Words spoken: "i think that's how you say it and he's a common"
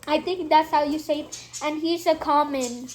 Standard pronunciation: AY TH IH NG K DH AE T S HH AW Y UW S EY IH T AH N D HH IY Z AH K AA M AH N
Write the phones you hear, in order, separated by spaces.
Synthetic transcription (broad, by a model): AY T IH NG K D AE T S HH AW Y UW S EY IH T AH N D HH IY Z AH K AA M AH N